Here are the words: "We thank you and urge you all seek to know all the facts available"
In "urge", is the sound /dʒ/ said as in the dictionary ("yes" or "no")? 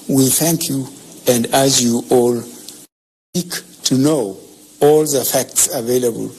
no